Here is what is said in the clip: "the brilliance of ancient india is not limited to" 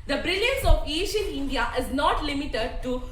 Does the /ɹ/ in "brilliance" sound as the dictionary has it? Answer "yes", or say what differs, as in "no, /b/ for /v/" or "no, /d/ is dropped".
yes